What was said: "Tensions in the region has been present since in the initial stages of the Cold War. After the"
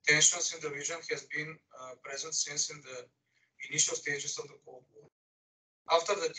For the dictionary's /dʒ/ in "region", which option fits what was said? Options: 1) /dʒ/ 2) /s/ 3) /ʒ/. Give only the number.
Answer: 3